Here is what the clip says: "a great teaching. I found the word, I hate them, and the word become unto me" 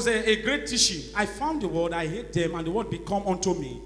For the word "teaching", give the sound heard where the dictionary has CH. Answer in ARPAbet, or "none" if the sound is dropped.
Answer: SH